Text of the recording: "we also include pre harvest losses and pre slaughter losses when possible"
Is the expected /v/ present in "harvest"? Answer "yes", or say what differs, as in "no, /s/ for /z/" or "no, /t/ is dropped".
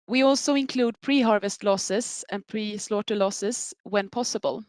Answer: yes